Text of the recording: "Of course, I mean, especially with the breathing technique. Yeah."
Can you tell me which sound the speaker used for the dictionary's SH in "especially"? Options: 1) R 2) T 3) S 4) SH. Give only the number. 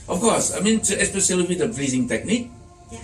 3